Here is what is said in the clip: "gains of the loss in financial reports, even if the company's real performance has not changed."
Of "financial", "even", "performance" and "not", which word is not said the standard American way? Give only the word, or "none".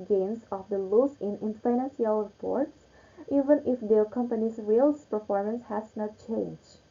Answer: financial